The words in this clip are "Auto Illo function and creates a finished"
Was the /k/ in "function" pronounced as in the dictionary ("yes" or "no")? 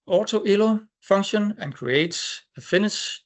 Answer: no